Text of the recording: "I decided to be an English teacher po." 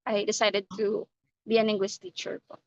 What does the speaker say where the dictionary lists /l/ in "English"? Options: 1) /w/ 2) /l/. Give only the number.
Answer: 1